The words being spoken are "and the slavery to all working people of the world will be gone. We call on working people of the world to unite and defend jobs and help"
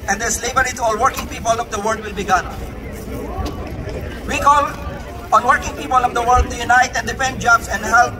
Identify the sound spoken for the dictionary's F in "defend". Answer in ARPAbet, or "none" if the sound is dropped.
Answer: P